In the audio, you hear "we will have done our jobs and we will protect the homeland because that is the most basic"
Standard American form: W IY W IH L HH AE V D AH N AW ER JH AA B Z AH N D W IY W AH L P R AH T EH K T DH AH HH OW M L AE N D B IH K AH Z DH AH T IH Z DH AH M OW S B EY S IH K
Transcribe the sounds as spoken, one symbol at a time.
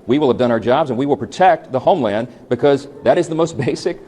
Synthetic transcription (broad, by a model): W IY W IH L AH V D AH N AW ER JH AA B Z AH N W IY W AH L P R AH T EH K T DH AH HH OW M L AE N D B IH K AH Z DH AH T IH Z DH AH M OW S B EY S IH K